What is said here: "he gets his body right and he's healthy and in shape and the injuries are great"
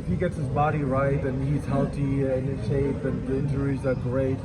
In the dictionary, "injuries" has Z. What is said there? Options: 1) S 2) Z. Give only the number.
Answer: 2